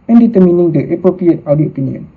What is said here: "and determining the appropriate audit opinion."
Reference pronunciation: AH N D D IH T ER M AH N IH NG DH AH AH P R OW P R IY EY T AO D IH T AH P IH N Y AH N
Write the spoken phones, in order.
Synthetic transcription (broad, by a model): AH N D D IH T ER M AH N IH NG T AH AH P R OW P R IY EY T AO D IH AH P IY N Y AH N